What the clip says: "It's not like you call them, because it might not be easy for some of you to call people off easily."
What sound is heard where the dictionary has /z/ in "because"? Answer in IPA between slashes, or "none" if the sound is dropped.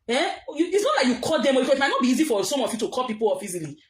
none